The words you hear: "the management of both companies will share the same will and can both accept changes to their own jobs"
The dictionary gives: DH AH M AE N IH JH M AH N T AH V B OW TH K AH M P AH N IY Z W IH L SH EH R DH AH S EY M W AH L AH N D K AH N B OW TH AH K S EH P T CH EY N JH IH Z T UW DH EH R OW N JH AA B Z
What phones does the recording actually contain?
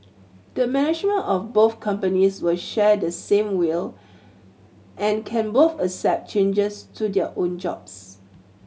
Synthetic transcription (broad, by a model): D AH M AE N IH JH M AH N T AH F B OW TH K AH M P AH N IY S W IH L SH EH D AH S EY M W AH L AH N K AH N B OW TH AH S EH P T CH EY N JH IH S T UW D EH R OW N JH AA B S